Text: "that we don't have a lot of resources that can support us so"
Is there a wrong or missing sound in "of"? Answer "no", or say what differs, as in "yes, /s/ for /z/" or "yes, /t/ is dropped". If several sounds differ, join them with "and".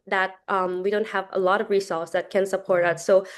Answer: no